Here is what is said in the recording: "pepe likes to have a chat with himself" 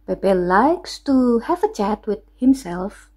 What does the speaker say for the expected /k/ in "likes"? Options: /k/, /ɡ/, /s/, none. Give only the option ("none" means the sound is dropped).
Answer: /k/